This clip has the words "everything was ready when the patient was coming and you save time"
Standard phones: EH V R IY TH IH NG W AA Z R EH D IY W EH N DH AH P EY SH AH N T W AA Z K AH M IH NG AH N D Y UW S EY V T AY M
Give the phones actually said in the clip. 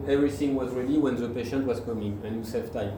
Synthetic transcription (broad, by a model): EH V R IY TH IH NG W AA Z R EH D IY W EH N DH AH P EY SH AH N T W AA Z K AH M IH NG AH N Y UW S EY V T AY